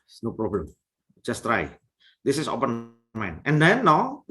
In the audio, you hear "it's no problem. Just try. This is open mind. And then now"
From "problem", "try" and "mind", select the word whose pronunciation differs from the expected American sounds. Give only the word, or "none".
mind